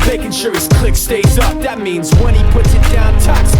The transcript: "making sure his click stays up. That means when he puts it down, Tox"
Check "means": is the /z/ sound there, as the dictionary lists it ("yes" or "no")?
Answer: yes